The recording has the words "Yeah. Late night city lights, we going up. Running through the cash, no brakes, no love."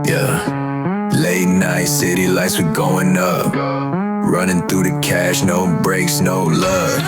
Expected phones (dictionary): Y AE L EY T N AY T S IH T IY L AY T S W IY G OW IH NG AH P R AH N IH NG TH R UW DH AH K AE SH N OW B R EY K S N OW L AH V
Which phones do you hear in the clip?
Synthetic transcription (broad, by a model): Y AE L EY T N AY T S IH T IY L AY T S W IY G OW IH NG AH P R AH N IH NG TH R UW DH AH K AE SH N OW B R EY K S N OW L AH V